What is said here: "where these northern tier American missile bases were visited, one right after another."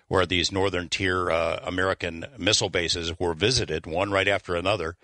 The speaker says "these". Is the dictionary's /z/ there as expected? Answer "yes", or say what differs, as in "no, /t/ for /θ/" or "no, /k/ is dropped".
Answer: yes